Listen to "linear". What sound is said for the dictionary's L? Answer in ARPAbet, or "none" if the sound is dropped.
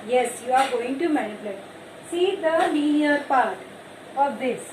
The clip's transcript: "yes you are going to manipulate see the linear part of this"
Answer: N